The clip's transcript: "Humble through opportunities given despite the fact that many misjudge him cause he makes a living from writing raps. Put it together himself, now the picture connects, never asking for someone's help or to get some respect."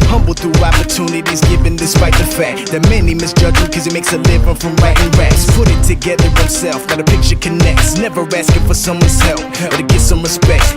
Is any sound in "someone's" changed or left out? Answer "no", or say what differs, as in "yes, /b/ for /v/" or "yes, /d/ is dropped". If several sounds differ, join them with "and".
no